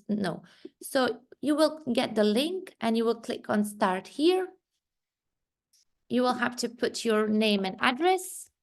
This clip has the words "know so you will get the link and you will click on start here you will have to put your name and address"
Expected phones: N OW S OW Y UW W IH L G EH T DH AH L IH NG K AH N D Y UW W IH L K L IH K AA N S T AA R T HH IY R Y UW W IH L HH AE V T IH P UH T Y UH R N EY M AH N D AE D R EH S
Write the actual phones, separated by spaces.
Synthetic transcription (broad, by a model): N OW S OW Y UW W IH L G EH T DH AH L IH NG K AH N Y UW W IH L K L IH K N S T AA R T HH IY R Y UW W IH L HH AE F T IH P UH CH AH R N EY M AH N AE D R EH S